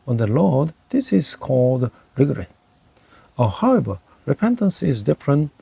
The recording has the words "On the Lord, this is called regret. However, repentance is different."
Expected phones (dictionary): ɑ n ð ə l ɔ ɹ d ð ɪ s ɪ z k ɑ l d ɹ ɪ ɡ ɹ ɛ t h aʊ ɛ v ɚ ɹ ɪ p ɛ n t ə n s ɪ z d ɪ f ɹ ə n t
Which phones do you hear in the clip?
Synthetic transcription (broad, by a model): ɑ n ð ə l ɔ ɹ d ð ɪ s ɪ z k ɑ l d ɹ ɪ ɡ ɹ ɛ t h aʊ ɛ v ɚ ɹ ɪ p ɛ n t ə n s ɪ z d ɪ f ɹ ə n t